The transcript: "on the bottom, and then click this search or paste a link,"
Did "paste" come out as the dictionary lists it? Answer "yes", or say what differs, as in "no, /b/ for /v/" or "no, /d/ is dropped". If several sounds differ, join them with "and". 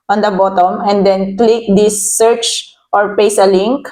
no, /t/ is dropped